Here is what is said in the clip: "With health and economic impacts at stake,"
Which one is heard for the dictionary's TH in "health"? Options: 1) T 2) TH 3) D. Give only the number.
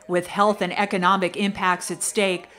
2